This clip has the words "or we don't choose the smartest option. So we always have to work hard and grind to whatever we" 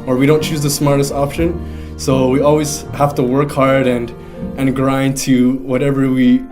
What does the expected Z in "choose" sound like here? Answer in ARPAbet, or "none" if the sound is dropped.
Z